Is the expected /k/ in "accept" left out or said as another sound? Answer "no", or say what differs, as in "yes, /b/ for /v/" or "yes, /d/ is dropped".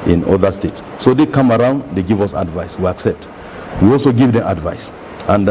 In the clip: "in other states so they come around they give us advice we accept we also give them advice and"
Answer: no